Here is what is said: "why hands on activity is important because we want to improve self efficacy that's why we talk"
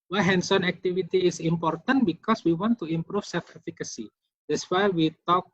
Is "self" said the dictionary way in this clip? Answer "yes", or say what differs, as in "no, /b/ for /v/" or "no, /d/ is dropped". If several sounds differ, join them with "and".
no, /l/ is dropped